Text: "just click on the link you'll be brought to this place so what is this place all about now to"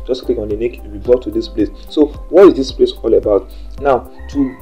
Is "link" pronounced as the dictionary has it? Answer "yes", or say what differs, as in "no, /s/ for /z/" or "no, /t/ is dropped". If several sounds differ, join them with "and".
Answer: no, /n/ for /l/ and /ŋ/ is dropped